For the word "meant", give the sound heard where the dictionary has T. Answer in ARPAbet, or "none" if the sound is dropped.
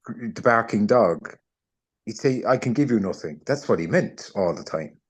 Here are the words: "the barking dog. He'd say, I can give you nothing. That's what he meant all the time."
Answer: T